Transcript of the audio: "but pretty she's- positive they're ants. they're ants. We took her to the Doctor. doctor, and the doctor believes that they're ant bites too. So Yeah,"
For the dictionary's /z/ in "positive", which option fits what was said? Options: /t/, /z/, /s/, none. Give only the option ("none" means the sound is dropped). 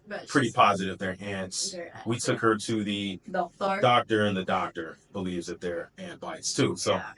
/z/